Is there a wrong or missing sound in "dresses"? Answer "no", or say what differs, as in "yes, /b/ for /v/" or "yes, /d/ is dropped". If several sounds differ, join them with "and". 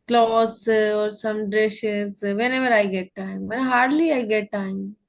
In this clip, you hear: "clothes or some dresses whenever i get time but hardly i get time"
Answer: yes, /ʃ/ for /s/